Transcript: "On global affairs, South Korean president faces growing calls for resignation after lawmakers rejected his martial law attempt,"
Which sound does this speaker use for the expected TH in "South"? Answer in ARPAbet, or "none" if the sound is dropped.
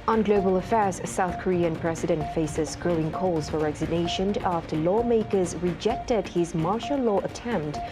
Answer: TH